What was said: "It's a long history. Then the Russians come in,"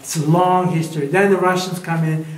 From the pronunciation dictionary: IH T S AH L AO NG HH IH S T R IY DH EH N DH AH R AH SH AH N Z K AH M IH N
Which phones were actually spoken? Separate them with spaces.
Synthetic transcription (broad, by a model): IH T S AH L AO NG HH IH S T R IY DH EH N DH AH R AH SH AH N Z K AH M IH N